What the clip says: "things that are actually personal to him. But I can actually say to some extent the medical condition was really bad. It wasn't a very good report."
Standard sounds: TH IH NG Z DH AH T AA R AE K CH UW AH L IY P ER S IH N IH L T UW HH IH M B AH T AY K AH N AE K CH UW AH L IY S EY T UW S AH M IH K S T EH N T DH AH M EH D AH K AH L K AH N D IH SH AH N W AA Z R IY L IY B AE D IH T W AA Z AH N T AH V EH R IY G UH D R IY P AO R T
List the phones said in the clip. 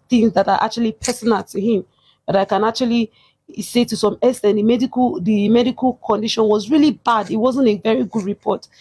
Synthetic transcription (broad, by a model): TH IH NG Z DH AH T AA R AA K CH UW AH L IY P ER S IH N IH L T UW HH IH M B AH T AY K AH N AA K CH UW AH L IY S EY T UW S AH M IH S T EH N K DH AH M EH D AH K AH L K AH N D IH SH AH N W AA Z R IY L IY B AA D IH T W AA Z AH N T AH V EH R IY G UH D R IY P AO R T